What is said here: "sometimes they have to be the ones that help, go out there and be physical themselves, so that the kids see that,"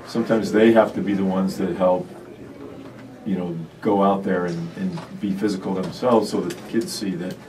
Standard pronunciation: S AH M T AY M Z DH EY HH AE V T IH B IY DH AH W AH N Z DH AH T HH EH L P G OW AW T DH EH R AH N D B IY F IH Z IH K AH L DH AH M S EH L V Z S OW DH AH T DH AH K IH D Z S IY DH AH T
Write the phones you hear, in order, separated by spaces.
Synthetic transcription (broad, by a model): S AH M T AY M Z DH EY HH AE F T IH B IY DH AH W AH N Z DH AH T HH EH L P G OW AW T DH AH R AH N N B IY F IH Z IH K L DH AH M S EH L V Z S OW DH AH T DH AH K IH D Z S IY DH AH T